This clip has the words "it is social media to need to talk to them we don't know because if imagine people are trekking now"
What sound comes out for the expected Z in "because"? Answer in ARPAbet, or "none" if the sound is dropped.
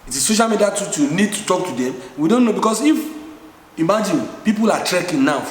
S